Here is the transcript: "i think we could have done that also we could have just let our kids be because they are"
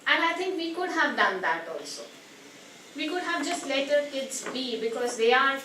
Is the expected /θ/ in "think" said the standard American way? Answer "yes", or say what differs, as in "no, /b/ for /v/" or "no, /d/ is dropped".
no, /t/ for /θ/